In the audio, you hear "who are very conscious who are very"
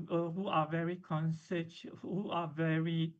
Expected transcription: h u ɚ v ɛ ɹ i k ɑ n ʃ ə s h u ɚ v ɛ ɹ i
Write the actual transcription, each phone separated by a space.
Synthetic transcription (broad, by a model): h u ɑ v ɛ ɹ i k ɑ n s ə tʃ h u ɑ v ɛ ɹ i